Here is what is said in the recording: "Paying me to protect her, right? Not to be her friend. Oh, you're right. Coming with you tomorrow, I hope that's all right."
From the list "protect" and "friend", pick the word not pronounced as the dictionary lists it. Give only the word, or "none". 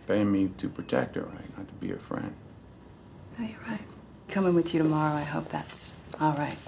none